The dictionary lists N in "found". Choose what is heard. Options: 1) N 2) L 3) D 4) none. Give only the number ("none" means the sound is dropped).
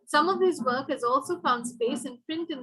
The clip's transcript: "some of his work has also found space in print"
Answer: 1